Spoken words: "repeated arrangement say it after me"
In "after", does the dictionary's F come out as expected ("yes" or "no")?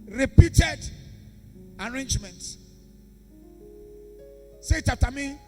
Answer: no